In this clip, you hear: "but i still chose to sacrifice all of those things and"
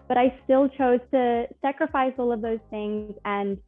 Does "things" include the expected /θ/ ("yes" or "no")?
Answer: yes